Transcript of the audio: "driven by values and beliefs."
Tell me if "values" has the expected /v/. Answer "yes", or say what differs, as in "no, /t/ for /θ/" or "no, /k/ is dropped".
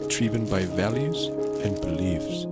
yes